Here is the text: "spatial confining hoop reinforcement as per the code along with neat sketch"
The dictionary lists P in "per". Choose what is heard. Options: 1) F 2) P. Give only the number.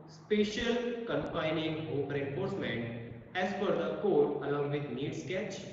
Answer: 1